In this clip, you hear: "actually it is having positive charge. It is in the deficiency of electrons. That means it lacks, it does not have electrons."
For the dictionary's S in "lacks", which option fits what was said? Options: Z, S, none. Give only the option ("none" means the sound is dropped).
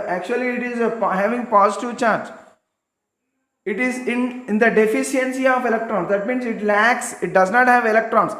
S